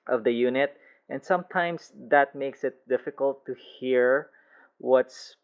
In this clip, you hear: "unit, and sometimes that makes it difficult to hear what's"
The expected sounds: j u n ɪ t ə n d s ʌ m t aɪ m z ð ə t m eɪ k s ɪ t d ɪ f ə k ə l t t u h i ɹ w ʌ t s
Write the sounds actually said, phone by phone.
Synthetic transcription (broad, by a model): j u n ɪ t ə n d s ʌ m t aɪ m s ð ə t m eɪ k s ɪ t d ɪ f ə k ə l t t u h i ɹ w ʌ t s